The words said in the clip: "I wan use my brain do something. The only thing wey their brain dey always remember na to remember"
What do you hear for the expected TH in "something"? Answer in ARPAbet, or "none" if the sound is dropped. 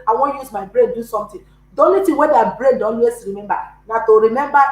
T